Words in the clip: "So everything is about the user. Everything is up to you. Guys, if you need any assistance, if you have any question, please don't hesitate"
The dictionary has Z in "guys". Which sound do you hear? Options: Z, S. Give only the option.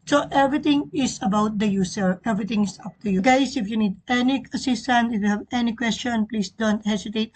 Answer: S